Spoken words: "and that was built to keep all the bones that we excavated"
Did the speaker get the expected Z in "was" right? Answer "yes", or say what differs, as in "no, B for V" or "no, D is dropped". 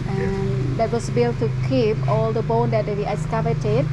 no, S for Z